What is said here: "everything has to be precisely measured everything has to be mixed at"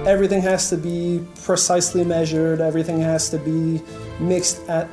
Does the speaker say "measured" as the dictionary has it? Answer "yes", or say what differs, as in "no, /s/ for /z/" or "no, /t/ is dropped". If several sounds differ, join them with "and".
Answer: yes